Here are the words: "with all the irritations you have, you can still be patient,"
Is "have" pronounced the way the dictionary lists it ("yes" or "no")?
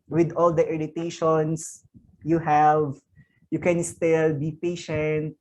yes